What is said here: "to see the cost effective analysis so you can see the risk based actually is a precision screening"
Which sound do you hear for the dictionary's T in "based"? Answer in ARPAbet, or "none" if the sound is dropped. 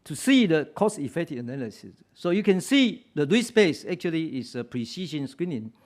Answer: none